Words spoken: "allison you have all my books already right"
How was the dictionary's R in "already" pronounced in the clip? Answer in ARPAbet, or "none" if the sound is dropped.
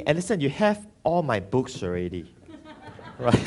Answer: R